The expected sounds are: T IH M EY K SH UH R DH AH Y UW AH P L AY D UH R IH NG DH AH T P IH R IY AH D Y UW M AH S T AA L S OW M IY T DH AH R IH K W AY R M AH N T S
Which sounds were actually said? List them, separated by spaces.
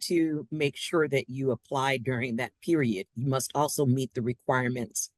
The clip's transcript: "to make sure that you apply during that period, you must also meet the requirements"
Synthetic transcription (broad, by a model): T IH M EY K SH UH R DH AH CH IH AH P L AY D UH R IH NG DH AH T P IH R IY AH D Y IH M AH S T AA L S OW M IY T DH AH R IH K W AY R M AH N T S